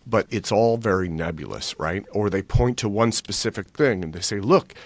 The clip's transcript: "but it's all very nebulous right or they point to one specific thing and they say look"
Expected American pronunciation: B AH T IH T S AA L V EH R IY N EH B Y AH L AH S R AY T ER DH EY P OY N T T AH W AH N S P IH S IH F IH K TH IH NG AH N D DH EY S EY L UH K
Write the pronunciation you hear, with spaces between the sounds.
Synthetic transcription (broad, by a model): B AH T IH T S AA L V EH R IY N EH B Y L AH S R AY T ER DH EY P OY N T T AH W AH N S P IH S IH F IH K TH IH NG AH N DH EY S EY L UH K